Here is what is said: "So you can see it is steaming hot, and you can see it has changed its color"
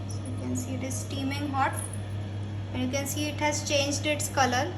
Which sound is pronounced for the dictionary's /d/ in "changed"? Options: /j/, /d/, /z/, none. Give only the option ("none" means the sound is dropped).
/d/